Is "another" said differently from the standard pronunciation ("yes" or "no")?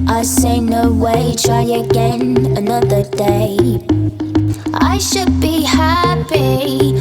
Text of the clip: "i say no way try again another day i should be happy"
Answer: no